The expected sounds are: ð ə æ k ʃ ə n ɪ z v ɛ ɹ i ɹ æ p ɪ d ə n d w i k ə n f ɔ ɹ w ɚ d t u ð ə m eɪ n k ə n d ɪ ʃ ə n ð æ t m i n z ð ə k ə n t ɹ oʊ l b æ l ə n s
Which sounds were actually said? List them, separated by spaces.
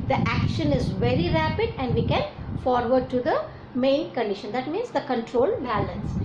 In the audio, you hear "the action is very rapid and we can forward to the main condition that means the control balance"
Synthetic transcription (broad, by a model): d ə æ k ʃ ə n ɪ z v ɛ ɹ i ɹ æ p ɪ d ə n d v i k ə n f ɔ ɹ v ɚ d t u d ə m eɪ n k ə n d ɪ ʃ ə n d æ t m i n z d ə k ə n t ɹ oʊ l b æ l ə n s